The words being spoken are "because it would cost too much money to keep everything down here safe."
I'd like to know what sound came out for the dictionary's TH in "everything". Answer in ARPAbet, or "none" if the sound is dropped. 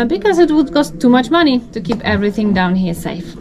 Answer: TH